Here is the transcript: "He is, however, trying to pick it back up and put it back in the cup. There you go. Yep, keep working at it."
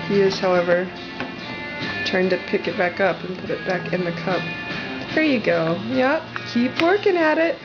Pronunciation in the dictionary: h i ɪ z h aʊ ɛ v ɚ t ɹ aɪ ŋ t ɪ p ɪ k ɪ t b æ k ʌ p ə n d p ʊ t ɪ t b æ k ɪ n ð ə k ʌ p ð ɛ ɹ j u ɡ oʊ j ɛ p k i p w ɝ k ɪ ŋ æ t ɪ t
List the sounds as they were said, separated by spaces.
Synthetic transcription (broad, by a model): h i ɪ z h aʊ ɛ v ɚ t ɹ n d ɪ p ɪ k ɪ t b æ k ʌ p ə n p ʊ t ɪ t b æ k ɪ n ð ə k ʌ p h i ɹ j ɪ ɡ oʊ j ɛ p k i p w ɝ k ɪ ŋ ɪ t ɪ t